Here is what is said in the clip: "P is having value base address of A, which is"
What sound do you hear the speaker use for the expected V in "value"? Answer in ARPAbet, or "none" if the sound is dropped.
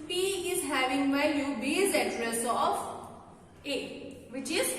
B